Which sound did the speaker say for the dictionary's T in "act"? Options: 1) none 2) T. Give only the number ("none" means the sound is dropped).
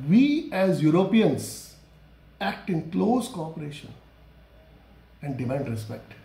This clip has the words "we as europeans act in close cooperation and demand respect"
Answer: 2